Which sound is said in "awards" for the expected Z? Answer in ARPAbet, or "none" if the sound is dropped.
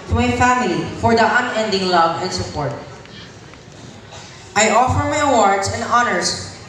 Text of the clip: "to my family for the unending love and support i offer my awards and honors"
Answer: S